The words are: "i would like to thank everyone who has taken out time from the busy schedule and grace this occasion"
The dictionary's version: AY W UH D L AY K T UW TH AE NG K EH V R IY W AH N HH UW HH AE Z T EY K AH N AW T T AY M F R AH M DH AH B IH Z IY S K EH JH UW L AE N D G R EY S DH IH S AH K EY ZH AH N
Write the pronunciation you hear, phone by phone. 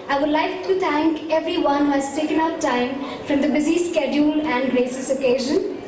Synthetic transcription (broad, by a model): AY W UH D L AY K T UW T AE NG K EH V R IY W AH N HH UW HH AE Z T EY K AH N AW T T AY M F R AH M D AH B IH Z IY S K EH JH UW L AE N D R EY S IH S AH K EY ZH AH N